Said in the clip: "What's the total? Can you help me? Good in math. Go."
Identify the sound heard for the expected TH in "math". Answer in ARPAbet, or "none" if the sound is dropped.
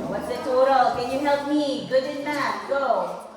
T